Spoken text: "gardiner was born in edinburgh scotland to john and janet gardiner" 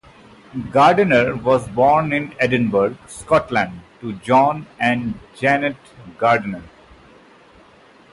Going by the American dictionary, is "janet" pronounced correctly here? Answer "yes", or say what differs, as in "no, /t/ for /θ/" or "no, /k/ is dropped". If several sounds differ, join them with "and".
yes